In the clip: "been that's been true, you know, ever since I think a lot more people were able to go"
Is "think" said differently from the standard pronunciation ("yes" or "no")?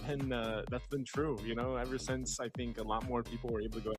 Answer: no